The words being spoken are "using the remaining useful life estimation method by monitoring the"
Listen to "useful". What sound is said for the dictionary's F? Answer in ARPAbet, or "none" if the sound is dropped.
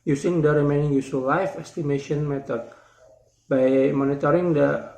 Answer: none